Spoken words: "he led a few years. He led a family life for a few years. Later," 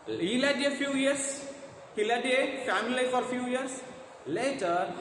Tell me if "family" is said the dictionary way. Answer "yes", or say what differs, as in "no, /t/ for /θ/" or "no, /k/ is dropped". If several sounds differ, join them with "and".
no, /l/ is dropped